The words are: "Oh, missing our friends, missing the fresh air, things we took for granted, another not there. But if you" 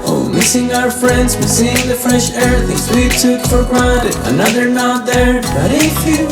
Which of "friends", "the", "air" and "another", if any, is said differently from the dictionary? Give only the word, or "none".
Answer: none